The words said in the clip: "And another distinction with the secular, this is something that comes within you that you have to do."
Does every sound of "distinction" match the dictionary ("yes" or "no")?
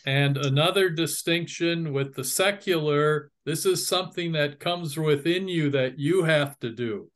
yes